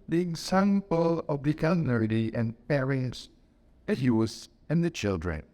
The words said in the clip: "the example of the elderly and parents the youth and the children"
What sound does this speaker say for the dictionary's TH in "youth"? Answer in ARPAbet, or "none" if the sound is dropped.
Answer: S